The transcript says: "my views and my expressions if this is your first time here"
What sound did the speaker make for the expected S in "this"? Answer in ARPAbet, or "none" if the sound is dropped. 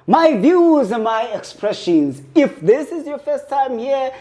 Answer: S